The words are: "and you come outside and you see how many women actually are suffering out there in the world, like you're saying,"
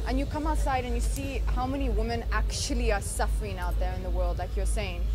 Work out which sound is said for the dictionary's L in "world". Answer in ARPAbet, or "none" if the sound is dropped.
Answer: L